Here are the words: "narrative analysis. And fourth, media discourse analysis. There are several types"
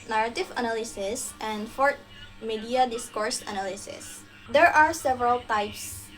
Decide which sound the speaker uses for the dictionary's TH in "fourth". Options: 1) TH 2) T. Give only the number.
2